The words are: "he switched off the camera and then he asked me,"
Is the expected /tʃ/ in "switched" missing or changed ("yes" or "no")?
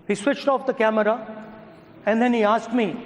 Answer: no